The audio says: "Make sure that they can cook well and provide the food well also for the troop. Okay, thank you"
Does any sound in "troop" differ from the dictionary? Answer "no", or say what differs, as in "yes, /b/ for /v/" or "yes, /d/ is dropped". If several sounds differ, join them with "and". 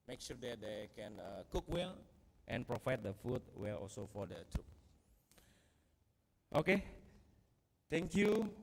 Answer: yes, /ɹ/ is dropped